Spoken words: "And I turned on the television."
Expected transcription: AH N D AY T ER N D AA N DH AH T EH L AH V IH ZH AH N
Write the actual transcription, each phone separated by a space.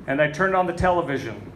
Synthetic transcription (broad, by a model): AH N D AY T ER N D N DH AH T EH L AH V IH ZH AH N